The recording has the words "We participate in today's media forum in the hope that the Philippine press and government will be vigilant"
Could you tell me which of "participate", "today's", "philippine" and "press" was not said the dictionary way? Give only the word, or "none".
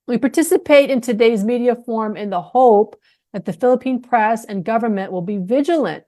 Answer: none